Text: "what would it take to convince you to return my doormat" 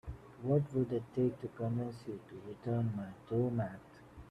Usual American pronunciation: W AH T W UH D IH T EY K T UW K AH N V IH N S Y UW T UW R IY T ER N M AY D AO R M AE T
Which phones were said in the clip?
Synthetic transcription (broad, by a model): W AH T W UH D IH T EY K T UW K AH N IH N S Y UW T UW R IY T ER N M AY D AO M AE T